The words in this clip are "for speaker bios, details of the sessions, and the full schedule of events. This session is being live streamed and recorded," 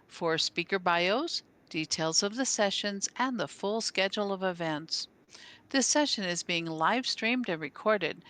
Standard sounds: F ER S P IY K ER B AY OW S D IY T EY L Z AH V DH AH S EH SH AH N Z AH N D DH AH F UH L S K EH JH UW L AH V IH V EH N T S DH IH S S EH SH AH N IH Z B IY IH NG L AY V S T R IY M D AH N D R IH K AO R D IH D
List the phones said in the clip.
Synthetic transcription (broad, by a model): F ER S P IY K ER B AY OW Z D IY T EY L Z AH V DH AH S EH SH AH N Z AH N DH AH F UH L S K EH JH L AH V IH V EH N T S DH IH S S EH SH AH N IH Z B IY IH NG L AY V S T R IY M D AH N R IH K AO R D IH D